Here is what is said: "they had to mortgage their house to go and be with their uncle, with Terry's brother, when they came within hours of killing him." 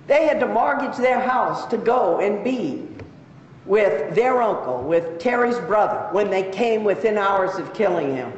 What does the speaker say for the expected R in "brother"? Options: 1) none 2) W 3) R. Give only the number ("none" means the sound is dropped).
3